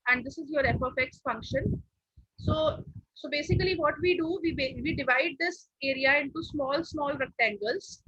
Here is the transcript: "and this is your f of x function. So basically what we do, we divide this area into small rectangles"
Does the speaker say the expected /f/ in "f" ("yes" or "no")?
no